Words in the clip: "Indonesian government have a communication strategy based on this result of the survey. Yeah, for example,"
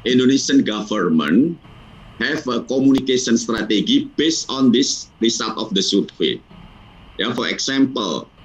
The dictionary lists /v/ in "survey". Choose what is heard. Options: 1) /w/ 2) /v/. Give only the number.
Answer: 1